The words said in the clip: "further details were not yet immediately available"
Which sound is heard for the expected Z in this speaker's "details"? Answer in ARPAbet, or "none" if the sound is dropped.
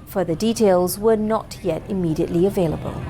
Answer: Z